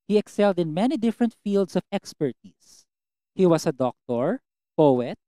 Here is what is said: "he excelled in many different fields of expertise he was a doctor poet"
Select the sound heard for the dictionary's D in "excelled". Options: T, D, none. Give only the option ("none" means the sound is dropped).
D